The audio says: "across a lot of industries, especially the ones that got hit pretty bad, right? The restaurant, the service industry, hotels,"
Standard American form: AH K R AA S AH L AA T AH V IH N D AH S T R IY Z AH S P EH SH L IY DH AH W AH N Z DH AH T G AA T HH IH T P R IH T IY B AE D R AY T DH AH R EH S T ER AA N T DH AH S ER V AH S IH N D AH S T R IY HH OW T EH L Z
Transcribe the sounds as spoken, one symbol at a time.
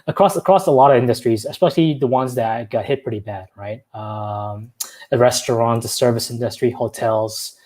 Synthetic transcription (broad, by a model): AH K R AA S AH L AA T AH V IH N D AH S T R IY Z AH S P EH SH L IY DH AH W AH N Z DH AH T G AA T HH IH T P R IH T IY B AE D R AY T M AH R EH S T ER AA N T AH S ER V AH S IH N D AH S T R IY HH OW T EH L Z